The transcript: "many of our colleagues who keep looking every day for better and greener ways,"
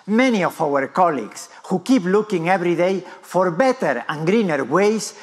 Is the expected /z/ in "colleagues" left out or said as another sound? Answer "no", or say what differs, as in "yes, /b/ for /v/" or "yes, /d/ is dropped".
yes, /s/ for /z/